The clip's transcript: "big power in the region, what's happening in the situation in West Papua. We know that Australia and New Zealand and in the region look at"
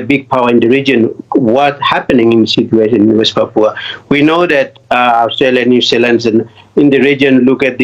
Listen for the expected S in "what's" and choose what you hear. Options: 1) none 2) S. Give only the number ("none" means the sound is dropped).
1